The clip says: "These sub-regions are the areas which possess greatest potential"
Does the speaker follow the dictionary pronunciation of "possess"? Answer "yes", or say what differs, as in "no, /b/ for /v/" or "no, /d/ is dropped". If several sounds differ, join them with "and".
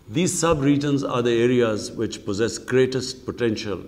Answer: yes